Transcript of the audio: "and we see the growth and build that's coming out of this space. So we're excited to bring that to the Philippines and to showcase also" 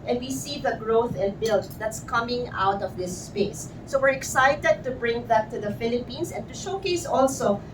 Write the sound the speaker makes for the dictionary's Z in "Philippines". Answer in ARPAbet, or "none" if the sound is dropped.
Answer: S